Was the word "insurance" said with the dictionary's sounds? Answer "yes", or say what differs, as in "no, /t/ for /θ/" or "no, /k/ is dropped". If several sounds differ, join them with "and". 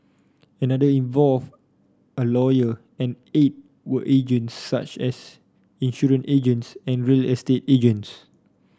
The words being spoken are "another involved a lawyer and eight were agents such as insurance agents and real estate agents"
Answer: no, /s/ is dropped